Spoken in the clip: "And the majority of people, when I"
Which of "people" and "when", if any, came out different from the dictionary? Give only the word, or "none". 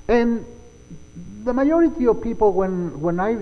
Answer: people